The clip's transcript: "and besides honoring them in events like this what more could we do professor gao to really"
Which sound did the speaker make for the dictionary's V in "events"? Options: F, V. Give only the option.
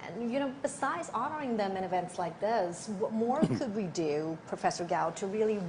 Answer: V